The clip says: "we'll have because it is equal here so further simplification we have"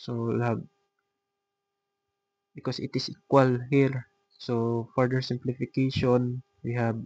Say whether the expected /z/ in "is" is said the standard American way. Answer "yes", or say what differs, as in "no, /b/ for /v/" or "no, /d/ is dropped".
no, /s/ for /z/